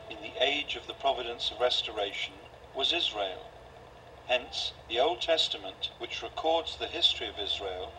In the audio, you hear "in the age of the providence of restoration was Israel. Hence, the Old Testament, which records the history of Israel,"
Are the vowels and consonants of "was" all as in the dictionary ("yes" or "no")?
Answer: yes